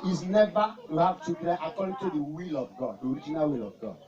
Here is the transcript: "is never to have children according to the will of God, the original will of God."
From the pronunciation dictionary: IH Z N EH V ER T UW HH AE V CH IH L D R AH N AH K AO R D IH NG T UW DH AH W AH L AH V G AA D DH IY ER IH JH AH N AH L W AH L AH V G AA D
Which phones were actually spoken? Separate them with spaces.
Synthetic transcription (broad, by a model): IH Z N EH V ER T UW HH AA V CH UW D AH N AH K AO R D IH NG T UW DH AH W AH L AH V G AA D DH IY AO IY JH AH N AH L W AH L AH V G AA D